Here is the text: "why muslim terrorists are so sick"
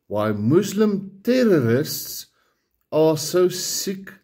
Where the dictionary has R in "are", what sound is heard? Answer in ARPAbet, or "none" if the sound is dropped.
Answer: L